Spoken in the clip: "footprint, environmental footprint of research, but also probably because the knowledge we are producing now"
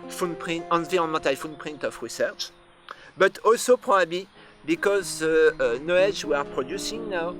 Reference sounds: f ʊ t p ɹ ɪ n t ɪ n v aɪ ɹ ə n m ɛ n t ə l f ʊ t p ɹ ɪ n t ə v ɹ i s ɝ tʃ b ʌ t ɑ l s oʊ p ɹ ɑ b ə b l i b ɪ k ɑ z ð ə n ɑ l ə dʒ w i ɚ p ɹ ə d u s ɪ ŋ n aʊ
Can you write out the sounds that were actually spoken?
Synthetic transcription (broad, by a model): f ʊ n p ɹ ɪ n t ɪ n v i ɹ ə n m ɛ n t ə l f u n p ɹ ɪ n t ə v ɹ i s ɝ tʃ b ʌ t ɑ l s oʊ p ɹ ɑ b ə b l i b ɪ k ɑ z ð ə n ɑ ə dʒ w i ɚ p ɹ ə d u s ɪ ŋ n aʊ